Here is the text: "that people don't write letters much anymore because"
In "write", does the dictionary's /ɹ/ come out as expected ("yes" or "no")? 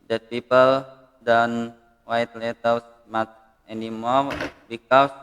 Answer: no